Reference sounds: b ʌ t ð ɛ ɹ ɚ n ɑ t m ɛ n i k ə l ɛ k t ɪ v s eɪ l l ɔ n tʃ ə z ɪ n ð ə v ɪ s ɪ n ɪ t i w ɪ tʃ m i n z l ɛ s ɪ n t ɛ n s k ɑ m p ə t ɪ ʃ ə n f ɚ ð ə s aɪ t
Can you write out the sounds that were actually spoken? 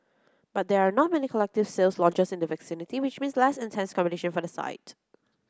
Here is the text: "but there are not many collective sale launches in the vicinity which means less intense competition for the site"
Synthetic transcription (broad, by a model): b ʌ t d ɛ ɹ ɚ n ɑ t m ɛ n i k ə l ɛ k t ɪ v s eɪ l l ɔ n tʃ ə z ɪ n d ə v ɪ s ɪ n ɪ t i w ɪ tʃ m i n s l ɛ s ɪ n t ɛ n s k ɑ m b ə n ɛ ʃ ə n f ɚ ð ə s aɪ t